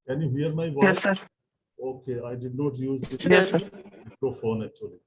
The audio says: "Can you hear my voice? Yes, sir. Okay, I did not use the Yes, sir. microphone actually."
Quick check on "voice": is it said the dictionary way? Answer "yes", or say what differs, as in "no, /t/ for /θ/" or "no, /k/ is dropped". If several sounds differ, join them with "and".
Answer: no, /s/ is dropped